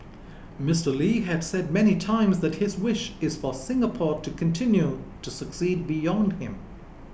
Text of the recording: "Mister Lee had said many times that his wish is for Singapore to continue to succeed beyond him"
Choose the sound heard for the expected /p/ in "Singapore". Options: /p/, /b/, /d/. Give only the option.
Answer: /p/